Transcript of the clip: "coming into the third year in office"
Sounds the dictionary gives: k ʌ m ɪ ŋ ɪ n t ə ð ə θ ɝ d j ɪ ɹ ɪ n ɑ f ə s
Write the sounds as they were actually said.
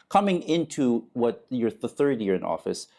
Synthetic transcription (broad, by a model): k ʌ m ɪ ŋ ɪ n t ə ð ə θ ɝ d j ɪ ɹ ɪ n ɑ f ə s